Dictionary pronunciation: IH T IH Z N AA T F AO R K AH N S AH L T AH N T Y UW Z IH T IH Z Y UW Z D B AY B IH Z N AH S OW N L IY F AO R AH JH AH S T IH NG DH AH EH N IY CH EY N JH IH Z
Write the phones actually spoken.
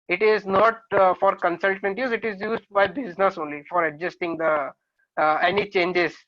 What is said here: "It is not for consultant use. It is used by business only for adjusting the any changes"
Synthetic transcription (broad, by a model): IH T IH Z N AA T F AO R K AH N S AH L T AH N T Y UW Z IH T IH Z Y UW Z D B AY B IH Z N AH S OW N L IY F AO R AH JH AH S T IH NG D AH EH N IY CH EY N JH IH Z